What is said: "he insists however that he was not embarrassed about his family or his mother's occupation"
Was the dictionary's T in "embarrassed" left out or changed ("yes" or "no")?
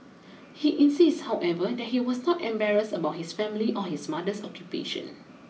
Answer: yes